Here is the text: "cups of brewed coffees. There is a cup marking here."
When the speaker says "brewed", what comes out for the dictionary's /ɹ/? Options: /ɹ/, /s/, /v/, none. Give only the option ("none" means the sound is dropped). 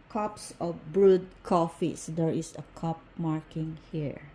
/ɹ/